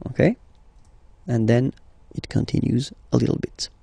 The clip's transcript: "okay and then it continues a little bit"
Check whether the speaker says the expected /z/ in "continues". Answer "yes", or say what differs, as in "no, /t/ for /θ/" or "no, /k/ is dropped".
yes